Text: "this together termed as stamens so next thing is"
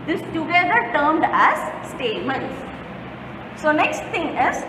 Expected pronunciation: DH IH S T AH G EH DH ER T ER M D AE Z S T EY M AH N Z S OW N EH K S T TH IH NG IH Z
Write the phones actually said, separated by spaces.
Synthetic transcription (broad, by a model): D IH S T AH G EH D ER T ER M D AE Z S T EY M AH N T S OW N EH K S T T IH NG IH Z